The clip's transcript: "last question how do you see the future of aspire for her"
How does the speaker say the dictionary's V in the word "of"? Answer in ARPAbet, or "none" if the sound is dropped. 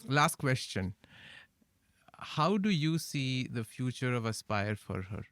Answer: V